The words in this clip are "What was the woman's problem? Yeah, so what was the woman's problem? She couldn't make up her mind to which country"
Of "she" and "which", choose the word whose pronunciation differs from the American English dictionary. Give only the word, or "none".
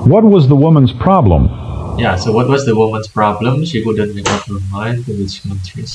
which